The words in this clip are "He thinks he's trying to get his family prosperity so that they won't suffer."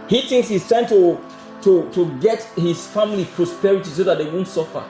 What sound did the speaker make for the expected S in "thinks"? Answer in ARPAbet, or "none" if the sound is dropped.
S